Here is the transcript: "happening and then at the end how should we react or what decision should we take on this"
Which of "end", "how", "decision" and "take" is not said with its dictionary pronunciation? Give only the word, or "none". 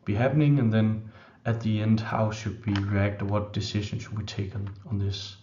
decision